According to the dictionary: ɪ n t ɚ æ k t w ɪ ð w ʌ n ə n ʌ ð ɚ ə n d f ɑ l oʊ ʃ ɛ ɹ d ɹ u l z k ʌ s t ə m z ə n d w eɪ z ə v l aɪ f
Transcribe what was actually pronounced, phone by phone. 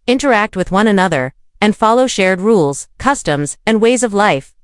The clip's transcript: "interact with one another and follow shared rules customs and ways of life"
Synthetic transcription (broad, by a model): ɪ n t ɚ æ k t w ɪ ð w ʌ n ə n ʌ ð ɚ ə n f ɑ l oʊ ʃ ɛ ɹ d ɹ u l z k ʌ s t ə m z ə n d w eɪ z ə v l aɪ f